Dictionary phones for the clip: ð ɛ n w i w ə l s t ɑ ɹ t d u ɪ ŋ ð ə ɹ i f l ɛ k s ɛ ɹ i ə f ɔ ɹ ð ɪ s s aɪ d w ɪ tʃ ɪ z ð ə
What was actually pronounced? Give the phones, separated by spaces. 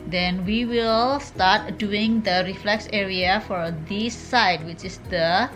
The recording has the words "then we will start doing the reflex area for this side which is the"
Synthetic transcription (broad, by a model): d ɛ n w i w ə l s t ɑ ɹ t d u ɪ ŋ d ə ɹ i f l ɛ k s ɛ ɹ i ə f ɔ ɹ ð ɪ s s aɪ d w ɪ tʃ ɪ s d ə